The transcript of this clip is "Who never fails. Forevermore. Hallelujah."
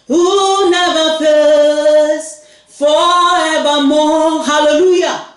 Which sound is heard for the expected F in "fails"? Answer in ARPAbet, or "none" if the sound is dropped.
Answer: P